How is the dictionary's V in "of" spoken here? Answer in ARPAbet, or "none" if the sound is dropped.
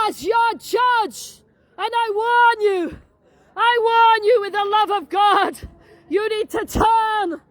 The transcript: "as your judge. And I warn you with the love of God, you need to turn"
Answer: V